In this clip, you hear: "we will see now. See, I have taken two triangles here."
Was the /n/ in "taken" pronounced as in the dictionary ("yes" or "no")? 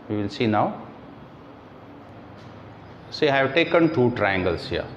yes